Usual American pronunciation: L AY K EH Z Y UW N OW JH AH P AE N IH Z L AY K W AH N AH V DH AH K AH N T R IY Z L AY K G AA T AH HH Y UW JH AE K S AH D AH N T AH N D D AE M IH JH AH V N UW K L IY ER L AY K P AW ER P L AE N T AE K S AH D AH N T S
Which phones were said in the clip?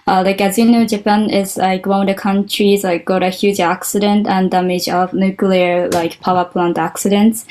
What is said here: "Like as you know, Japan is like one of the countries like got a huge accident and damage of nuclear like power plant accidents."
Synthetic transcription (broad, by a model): L AY K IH Z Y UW N OW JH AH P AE N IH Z L AY K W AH AH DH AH K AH N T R IY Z L AY K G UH T AH HH Y UW JH AE K S AH D AH N T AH N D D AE M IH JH AH V N UW K L IY ER L AY K P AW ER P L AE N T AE K S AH D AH N T S